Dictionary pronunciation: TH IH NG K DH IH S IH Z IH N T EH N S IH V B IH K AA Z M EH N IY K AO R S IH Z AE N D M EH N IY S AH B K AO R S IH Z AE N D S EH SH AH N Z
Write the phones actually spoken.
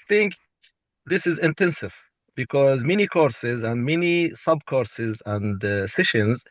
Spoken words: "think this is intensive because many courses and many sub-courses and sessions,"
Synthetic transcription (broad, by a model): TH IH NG K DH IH S IH Z IH N T EH N S IH V B IH K AA Z M EH N IY K AO R S IH Z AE N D M EH N IY S AH B K AO R S IH Z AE N D S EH SH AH N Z